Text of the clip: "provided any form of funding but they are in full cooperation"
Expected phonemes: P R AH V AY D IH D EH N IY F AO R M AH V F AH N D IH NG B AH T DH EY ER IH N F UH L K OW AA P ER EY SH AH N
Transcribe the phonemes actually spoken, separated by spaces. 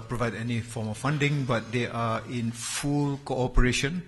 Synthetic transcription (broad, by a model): P R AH V AY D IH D EH N IY F AO M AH F F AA N D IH NG B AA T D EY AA IH N F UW L K OW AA P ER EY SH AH N